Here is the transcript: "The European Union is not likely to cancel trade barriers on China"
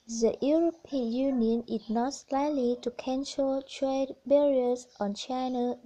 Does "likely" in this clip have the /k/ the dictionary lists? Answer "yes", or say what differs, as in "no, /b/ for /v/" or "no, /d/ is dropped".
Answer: no, /k/ is dropped